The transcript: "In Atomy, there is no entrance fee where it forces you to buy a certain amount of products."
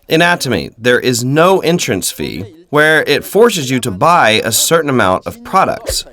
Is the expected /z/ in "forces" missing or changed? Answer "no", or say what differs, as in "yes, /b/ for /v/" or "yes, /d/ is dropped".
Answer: no